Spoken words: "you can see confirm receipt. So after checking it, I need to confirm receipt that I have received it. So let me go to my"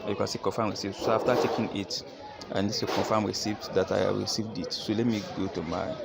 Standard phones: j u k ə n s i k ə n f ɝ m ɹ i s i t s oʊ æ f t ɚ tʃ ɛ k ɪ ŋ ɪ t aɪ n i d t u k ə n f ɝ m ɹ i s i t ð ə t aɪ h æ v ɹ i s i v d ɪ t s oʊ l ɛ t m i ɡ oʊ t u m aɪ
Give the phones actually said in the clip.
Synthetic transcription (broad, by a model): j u k ə n s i k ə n f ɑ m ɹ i s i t s oʊ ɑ f t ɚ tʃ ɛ k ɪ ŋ ɪ t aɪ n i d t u k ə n f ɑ m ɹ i s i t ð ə t aɪ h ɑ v ɹ i s i v d ɪ t s oʊ l ɛ t m i ɡ oʊ t u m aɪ